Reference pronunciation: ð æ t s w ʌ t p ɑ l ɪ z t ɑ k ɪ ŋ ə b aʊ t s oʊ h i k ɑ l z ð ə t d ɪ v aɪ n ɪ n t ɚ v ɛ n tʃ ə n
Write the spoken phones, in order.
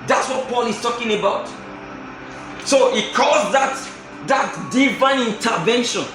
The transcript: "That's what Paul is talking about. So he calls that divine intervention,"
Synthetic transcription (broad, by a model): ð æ t s w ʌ t p ɑ l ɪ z t ɑ k ɪ ŋ ə b aʊ t s oʊ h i k ɑ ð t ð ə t d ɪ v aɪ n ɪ n t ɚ v ɛ n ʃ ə n